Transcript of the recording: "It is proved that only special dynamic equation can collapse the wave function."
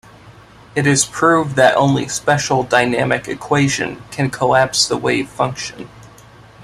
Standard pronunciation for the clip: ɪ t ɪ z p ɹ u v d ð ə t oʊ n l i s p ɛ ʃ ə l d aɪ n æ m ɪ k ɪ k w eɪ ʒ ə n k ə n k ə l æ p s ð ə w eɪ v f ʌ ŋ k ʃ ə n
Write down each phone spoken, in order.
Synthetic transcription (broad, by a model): ɪ t ɪ z p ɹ u v ð ə t oʊ n l i s p ɛ ʃ l d aɪ n æ m ɪ k ɪ k w eɪ ʒ ə n k ə n k ə l æ p s ð ə w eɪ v f ʌ ŋ k ʃ ə n